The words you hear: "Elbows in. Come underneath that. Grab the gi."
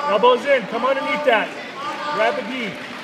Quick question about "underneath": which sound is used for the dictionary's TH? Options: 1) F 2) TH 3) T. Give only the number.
3